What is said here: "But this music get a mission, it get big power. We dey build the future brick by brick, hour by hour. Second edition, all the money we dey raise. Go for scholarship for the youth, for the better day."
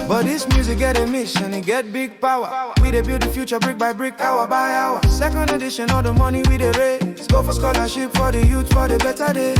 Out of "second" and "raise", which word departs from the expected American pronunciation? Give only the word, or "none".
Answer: raise